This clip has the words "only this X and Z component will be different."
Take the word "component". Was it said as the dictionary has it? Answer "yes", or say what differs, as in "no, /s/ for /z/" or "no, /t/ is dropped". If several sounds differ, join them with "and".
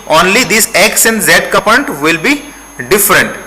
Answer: no, /m/ is dropped